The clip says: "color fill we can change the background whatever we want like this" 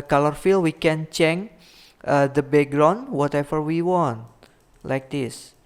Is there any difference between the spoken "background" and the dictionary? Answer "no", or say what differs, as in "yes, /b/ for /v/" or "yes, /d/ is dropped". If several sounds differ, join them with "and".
yes, /k/ is dropped